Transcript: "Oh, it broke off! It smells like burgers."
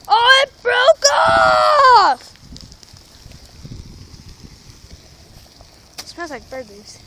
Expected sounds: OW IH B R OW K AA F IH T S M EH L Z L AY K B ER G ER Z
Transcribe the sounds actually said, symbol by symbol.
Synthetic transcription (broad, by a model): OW IH B R OW K AA F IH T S AA N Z L AY K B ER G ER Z